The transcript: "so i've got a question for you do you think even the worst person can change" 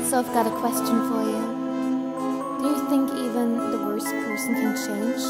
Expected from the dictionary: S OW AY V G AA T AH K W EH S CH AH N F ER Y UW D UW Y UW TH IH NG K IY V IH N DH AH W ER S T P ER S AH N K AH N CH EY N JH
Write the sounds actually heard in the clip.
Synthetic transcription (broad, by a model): S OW AY V G AA T AH K W EH S CH AH N F ER Y UW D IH Y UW TH IH NG K IY V IH N DH AH W ER S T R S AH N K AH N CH EY N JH